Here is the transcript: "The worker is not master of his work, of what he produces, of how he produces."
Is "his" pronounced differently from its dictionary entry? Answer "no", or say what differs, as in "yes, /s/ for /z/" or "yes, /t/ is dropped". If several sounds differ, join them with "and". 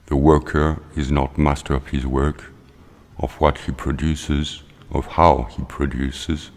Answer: no